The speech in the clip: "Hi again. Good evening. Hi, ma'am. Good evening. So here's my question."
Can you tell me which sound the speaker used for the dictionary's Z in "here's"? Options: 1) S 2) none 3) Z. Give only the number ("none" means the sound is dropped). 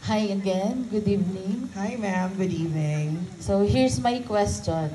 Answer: 1